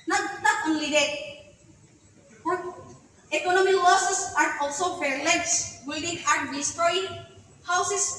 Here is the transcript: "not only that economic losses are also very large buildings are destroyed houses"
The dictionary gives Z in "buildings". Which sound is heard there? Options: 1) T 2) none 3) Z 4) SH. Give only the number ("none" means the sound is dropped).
2